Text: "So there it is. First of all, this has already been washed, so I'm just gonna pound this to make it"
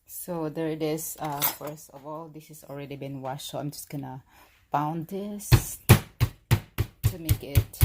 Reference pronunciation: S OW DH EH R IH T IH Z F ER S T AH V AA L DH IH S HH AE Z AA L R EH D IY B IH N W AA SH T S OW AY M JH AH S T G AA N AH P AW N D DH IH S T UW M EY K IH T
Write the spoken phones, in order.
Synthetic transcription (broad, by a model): S OW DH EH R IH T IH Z F ER S T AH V AA L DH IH S HH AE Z AA L R EH D IY B IH N W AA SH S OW AY M JH AH S T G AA N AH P AW N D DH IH S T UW M EY K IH T